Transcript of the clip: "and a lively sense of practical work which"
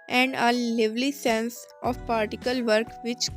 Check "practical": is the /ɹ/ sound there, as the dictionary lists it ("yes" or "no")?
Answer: no